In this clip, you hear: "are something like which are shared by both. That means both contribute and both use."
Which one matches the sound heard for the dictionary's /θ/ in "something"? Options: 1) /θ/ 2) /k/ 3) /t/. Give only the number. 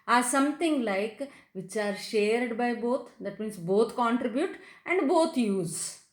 3